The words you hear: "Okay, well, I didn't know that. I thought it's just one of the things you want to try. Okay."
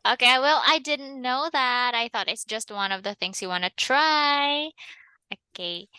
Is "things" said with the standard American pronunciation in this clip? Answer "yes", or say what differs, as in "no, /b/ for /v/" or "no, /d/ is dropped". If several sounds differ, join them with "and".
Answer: yes